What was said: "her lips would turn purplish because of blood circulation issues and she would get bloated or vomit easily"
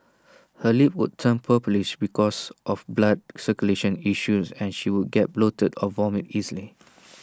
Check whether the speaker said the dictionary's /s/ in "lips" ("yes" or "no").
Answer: no